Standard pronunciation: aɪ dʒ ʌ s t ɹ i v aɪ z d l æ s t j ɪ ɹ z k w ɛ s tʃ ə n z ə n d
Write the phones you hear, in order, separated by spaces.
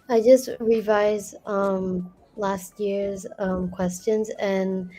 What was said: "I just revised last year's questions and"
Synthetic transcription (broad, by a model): aɪ dʒ ʌ s t ɹ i v aɪ z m l æ s t j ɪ ɹ z k w ɛ s tʃ ə n z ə n